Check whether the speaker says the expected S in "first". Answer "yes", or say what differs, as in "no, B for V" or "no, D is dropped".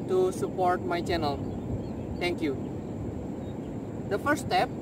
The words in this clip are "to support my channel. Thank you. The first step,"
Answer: no, S is dropped